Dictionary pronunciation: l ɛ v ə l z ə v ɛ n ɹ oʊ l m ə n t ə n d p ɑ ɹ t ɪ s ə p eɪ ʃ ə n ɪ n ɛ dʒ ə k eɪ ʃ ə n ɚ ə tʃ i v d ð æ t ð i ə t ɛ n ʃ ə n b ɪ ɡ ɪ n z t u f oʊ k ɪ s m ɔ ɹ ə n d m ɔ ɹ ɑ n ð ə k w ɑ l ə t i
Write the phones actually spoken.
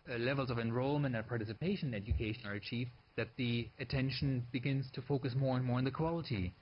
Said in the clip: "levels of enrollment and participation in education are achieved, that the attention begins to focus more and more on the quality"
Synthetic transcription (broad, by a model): l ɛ v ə l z ə v ɛ n ɹ oʊ l m ə n t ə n p ɑ ɹ t ɪ s ə p eɪ ʃ ə n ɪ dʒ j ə k eɪ ʃ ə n ɚ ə tʃ i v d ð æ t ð i ə t ɛ n ʃ ə n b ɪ ɡ ɪ n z t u f oʊ k ɪ s m ɔ ɹ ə n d m ɔ ɹ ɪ n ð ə k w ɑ l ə t i